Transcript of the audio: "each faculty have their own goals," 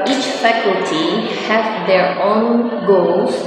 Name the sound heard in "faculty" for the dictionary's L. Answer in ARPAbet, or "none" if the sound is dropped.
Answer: L